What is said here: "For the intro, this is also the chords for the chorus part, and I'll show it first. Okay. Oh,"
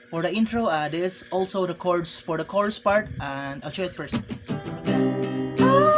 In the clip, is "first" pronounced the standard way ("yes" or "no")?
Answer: no